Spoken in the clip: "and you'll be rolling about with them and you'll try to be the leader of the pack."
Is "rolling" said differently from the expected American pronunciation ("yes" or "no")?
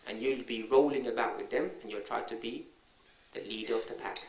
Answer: no